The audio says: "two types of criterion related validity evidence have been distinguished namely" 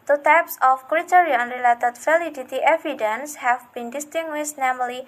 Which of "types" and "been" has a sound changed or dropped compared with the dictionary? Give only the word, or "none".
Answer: none